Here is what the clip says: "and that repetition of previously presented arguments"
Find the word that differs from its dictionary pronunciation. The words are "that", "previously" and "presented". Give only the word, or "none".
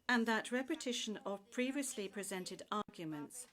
none